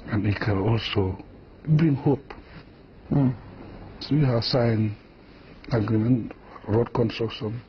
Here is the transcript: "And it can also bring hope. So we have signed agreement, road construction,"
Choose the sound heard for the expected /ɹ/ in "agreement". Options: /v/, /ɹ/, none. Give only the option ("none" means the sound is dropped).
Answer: none